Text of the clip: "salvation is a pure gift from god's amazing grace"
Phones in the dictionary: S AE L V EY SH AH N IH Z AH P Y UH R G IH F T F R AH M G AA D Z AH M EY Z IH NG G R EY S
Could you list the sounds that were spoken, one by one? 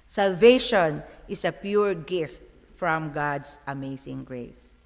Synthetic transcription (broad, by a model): S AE L V EY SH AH N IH S AH P Y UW R G IH F T F R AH M G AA D S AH M EY S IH NG G R EY S